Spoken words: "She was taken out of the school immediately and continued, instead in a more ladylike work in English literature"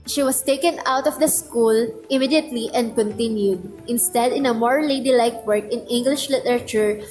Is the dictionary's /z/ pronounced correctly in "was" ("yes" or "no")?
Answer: no